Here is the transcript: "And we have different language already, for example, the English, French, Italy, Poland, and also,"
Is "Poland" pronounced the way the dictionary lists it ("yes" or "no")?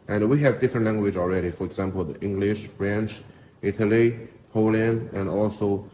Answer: no